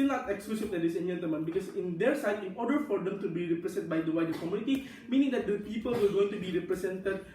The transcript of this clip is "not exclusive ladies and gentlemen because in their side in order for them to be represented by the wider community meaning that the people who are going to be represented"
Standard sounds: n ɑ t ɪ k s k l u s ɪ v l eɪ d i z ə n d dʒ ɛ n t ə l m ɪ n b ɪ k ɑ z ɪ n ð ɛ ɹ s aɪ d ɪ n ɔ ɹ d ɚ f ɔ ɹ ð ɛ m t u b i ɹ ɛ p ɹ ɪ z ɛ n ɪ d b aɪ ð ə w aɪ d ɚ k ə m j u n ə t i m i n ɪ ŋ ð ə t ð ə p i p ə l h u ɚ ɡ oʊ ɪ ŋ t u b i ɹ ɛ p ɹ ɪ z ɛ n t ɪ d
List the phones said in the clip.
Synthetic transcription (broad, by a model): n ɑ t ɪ k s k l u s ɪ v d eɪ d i s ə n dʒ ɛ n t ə m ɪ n b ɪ k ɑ s ɪ n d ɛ ɹ s aɪ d ɪ n ɔ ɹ d ɚ f ɔ ɹ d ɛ m t u b i ɹ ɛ p ɹ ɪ s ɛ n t b aɪ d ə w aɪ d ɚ k ə m j u n ə t i m i n ɪ ŋ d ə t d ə p i p ə l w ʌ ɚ ɡ oʊ ɪ ŋ t u b i ɹ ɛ p ɹ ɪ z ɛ n t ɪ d